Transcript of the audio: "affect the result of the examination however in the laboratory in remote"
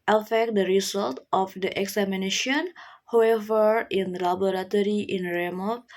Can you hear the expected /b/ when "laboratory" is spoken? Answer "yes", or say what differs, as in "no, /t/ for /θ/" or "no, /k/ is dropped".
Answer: no, /b/ is dropped